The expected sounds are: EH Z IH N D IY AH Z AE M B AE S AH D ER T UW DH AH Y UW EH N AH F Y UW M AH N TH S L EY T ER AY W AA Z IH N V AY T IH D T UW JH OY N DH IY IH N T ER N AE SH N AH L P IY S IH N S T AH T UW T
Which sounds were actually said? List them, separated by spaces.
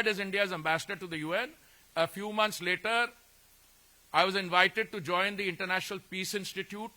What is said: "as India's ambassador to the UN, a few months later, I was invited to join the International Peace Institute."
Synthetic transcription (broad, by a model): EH Z IH N D IY AH Z AE M B AE S AH D ER T UW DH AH Y UW EH N AH F Y UW M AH N T S L EY T ER AY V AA Z IH N V AY T IH D T UW JH OY N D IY IH N T ER N AE SH N AH L P IY S IH N S T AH T UW T